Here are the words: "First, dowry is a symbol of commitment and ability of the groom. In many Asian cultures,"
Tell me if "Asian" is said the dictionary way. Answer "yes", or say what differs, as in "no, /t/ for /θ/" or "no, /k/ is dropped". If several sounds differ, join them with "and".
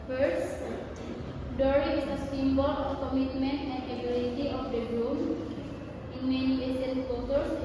no, /s/ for /ʒ/